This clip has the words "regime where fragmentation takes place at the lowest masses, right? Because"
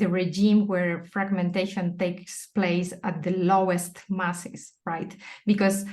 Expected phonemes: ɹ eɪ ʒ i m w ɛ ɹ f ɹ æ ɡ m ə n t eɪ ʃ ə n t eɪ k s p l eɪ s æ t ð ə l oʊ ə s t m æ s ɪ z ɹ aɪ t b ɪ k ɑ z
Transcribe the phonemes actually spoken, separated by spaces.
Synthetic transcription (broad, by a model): ɹ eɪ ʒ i m w ɛ ɹ f ɹ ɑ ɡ m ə n t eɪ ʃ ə n t eɪ k s p l eɪ s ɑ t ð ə l oʊ ə s t m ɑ s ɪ s ɹ aɪ t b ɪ k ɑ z